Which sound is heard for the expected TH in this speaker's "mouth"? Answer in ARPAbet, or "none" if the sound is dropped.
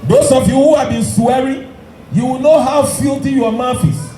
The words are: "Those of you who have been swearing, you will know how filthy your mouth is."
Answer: F